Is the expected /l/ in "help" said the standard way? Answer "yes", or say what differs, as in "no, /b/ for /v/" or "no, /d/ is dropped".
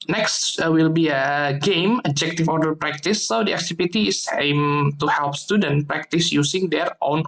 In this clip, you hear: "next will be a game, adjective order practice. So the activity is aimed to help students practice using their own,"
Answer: yes